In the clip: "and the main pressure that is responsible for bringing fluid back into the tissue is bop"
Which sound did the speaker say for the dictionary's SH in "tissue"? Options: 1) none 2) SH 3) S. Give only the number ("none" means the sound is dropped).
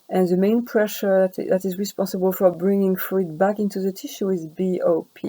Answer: 2